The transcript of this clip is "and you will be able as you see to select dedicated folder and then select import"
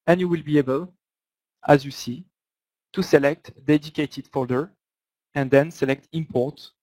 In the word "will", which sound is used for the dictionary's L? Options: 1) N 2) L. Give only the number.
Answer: 2